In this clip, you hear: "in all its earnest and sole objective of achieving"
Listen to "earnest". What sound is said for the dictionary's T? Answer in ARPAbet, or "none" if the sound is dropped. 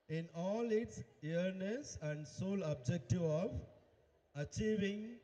none